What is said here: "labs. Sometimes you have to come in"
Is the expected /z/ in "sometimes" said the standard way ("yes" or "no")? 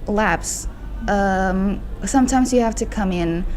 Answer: yes